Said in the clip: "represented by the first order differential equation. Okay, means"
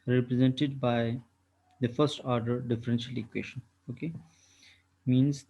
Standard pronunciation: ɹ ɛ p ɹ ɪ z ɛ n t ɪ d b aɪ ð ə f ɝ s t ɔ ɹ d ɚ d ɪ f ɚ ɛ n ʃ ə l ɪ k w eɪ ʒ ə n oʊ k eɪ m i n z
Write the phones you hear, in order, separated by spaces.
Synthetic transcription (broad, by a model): ɹ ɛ p ɹ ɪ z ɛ n t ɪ d b aɪ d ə f ɝ s t ɔ ɹ d ɚ d ɪ f ɚ ɛ n ʃ ə l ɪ k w eɪ ʃ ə n oʊ k eɪ m i n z